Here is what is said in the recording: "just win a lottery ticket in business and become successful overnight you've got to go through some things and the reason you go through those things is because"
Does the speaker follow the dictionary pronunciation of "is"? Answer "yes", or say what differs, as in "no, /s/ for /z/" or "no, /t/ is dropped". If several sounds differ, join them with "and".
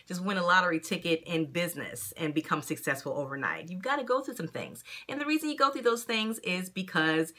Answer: yes